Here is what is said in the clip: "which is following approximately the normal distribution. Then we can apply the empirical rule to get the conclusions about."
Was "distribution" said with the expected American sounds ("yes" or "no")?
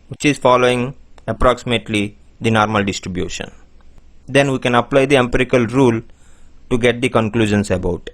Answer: yes